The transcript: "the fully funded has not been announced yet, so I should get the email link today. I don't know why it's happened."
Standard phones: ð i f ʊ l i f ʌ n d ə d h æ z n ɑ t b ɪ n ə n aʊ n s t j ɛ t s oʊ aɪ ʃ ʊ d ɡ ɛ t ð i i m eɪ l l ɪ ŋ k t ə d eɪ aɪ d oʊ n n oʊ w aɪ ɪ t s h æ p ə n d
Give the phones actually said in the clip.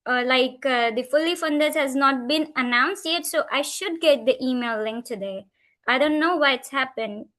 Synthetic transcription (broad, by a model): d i f ʊ l i f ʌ n d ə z h æ z n ɑ t b ɪ n ə n aʊ n s t j ɛ t s oʊ aɪ ʃ ʊ d ɡ ɛ t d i i m eɪ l l ɪ ŋ k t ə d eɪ aɪ d oʊ n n oʊ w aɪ ɪ t s h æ p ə n d